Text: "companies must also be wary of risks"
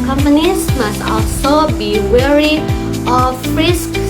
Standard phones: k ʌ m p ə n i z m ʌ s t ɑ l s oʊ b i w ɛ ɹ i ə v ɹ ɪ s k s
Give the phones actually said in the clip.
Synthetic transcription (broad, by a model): k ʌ m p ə n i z m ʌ s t ɑ l s oʊ b i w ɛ ɹ i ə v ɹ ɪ s k